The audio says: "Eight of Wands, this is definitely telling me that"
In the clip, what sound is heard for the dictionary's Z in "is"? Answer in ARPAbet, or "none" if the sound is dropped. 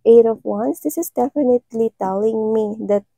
S